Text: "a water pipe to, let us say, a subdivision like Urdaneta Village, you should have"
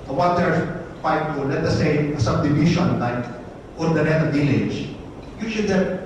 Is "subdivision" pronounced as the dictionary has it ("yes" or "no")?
no